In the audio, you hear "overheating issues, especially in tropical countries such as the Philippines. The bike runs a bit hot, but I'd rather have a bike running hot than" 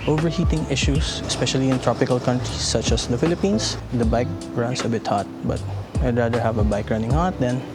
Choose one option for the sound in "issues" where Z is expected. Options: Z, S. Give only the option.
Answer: S